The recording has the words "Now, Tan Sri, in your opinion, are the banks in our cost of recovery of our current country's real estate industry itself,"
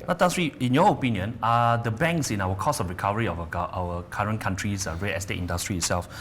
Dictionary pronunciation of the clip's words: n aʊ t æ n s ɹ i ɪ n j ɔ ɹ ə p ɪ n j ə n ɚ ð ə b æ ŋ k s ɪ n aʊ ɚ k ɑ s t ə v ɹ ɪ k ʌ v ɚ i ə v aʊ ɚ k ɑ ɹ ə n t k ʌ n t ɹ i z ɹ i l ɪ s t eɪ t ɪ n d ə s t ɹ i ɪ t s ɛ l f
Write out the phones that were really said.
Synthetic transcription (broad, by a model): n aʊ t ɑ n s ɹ i ɪ n j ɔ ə p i n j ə n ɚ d ə b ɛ ŋ k s ɪ n aʊ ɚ k ɑ s ə f ɹ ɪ k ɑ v ɚ i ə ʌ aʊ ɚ k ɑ ɹ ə n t k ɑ n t ɹ i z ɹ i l ɪ s t eɪ t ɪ n d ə s t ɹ i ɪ t s ɛ l f